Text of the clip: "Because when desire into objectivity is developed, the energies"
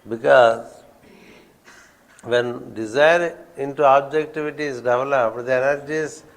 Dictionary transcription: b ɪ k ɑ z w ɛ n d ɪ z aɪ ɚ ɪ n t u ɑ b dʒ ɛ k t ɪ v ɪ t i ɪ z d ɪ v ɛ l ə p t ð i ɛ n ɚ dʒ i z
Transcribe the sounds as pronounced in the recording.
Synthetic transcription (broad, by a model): b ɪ k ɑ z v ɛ n d ɪ z aɪ ɚ ɪ n t u ɑ b dʒ ɛ k t ɪ v ɪ t i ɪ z d ɪ v ɛ l ə p t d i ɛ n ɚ dʒ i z